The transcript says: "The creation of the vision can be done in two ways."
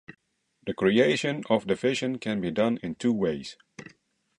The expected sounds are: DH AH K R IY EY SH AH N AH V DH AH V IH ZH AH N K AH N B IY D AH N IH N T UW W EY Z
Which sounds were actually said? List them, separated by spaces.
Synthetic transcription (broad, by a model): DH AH K R IY EY SH AH N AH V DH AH F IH SH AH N K AH N B IY D AH N IH N T UW W EY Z